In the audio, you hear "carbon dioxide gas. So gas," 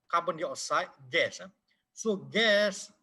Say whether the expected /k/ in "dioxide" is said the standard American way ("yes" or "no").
no